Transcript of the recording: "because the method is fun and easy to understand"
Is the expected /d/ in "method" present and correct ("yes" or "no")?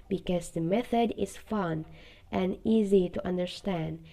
yes